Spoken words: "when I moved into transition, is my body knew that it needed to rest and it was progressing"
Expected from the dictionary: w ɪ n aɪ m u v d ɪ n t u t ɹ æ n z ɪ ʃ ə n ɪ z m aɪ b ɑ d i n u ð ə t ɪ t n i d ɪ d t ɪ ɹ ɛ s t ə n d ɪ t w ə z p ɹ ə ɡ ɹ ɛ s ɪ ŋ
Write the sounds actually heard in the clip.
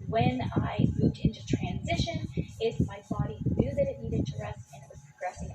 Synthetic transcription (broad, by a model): w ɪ n aɪ m u v d ɪ n t u t ɹ æ n z ɪ ʃ ə n ɪ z m aɪ b ɑ d i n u ð ə t ɪ t n i d ɪ d t ɪ ɹ ɛ s t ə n ɪ t w ə z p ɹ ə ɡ ɹ ɛ s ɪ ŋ